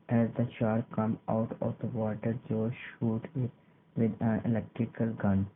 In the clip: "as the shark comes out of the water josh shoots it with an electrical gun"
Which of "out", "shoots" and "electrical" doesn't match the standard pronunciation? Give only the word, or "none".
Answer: shoots